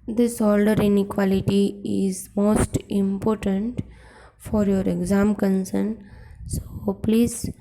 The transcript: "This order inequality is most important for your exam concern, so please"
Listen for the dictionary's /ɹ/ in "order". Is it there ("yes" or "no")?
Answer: no